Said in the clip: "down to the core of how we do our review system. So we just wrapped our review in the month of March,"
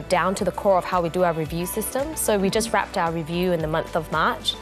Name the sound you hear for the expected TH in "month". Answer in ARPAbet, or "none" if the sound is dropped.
TH